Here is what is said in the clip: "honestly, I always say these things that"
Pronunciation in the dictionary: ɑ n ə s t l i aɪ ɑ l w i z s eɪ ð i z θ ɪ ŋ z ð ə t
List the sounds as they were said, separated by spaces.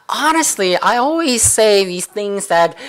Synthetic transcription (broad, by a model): ɑ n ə s t l i aɪ ɑ l w i z s eɪ ð i z θ ɪ ŋ z ð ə t